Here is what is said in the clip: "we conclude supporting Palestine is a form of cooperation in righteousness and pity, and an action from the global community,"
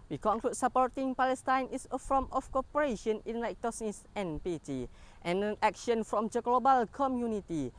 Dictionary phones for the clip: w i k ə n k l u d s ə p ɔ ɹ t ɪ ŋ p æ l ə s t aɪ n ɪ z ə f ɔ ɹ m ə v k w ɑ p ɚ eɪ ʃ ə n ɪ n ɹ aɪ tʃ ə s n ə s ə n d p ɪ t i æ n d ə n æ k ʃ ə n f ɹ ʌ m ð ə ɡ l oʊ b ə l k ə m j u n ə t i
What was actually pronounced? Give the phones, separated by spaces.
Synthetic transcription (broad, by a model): w i k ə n k l u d s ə p ɔ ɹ t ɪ ŋ p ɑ l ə s t aɪ n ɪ s ə f ɔ m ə f k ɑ p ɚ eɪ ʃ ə n ɪ n l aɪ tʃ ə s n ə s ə n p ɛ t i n ə n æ k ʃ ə n f ɹ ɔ m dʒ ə ɡ l oʊ b ə l k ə m j u n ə t i